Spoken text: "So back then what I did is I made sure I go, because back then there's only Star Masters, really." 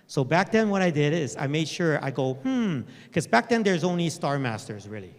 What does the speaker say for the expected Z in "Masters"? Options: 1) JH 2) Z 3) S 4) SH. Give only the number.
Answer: 2